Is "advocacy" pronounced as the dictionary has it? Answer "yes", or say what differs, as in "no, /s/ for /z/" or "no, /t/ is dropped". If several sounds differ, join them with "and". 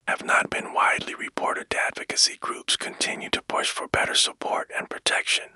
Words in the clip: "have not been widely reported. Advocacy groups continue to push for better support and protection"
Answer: yes